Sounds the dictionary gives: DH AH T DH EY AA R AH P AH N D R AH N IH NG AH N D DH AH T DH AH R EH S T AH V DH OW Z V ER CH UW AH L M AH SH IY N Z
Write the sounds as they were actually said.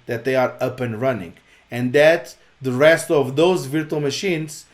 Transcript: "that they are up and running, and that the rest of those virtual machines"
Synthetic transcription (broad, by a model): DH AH T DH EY AA R AH P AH N R AH N IH NG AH N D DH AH T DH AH R EH S T AH V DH OW Z V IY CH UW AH L M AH SH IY N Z